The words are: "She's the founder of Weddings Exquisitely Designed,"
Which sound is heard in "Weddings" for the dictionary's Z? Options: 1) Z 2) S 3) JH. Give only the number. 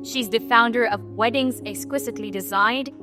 1